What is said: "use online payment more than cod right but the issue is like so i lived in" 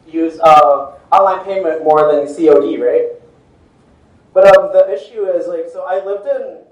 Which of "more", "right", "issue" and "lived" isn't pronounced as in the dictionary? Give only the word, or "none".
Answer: none